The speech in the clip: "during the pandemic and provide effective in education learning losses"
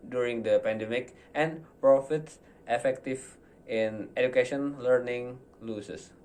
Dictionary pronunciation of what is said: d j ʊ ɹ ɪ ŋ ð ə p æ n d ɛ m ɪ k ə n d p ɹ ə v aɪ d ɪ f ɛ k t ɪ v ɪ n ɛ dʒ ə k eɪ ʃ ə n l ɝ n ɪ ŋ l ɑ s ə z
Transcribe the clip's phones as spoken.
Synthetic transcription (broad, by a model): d j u ɹ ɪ ŋ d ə p æ n d ɛ m ɪ k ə n p ɹ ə f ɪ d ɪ f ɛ k t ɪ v ɪ n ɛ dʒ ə k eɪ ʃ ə n l ɝ n ɪ ŋ l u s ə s